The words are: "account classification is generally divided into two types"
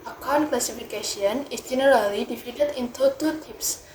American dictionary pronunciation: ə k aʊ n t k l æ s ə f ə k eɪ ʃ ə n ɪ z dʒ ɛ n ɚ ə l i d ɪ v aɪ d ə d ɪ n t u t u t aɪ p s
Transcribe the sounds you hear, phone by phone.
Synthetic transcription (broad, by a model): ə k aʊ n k l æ s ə f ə k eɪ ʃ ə n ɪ s dʒ ɛ n ɚ ə l i d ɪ f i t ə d ɪ n t u t u t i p s